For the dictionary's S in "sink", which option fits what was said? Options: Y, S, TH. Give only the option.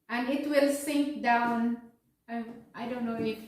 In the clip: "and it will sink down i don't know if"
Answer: S